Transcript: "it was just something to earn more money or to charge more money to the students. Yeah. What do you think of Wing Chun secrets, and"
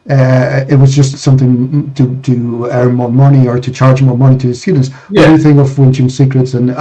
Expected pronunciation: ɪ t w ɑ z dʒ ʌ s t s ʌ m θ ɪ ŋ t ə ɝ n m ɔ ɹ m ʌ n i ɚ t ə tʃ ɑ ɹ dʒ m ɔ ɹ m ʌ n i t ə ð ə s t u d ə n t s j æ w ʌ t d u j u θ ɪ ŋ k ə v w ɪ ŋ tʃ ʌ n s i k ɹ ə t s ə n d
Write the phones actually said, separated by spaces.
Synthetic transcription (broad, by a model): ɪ t w ɑ z dʒ ʌ s t s ʌ m θ ɪ ŋ t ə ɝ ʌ m ɔ ɹ m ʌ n i ɚ t ə tʃ ɑ ɹ dʒ m ɔ ɹ m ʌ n i t ə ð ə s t u d n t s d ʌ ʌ θ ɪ ŋ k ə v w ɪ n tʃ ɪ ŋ s i k ɹ ə t s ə n